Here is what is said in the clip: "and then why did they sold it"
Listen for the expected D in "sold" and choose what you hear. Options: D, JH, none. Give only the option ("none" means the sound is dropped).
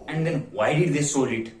none